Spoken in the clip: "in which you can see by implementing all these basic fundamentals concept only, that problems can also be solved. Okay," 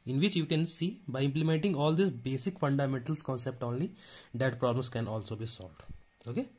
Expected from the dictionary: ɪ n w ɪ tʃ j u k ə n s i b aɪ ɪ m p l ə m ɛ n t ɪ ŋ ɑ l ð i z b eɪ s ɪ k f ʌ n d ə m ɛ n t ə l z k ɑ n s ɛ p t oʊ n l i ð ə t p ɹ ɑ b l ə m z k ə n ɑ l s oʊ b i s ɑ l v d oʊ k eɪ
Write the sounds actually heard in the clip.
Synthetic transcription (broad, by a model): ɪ n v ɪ tʃ j u k ə n s i b aɪ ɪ m p l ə m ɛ n t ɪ ŋ ɑ l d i s b eɪ s ɪ k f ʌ n d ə m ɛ n t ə l s k ɑ n s ɛ p t oʊ n l i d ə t p ɹ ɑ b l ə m s k ə n ɑ l s oʊ b i s ɑ l v d oʊ k eɪ